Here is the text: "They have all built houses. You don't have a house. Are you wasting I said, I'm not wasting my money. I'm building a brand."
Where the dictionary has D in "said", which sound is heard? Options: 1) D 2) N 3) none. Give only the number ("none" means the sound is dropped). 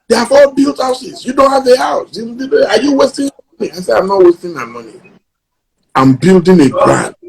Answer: 3